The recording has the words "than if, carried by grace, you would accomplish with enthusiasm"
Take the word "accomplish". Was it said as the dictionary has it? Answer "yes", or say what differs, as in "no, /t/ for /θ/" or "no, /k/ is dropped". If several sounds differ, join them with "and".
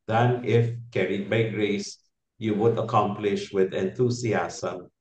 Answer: yes